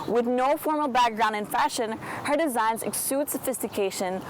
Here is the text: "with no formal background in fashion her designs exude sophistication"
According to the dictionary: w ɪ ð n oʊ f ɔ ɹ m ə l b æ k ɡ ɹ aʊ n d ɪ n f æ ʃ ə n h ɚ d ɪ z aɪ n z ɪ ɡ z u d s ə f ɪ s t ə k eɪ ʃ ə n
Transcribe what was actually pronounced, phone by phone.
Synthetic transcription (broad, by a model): w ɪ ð n oʊ f ɔ ɹ m l b æ k ɡ ɹ aʊ n d ɪ n f æ ʃ ə n h ɚ d ɪ z aɪ n z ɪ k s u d s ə f ɪ s t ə k eɪ ʃ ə n